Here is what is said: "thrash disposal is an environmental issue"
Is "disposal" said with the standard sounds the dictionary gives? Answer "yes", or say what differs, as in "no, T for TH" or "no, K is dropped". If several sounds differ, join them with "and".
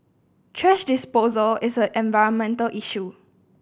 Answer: yes